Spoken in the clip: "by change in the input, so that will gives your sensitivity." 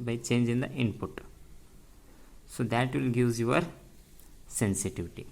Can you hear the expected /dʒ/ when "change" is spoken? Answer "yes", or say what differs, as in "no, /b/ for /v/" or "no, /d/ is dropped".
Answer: yes